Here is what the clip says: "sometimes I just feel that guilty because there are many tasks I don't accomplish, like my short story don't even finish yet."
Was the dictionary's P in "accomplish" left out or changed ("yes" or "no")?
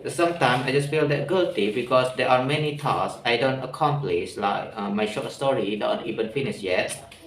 no